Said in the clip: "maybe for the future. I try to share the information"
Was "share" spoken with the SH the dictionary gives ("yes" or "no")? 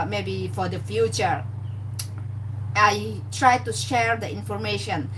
yes